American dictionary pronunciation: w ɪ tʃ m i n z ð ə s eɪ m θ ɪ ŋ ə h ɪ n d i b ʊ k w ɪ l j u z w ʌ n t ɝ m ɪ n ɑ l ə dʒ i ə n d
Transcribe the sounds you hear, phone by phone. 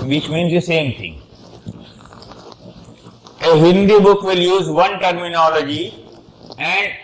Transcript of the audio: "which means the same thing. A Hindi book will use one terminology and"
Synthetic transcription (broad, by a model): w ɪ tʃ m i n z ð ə s eɪ m t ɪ ŋ ə h ɪ n d i b ʊ k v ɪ l j u z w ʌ n t ɝ m ɪ n ɑ l ə dʒ i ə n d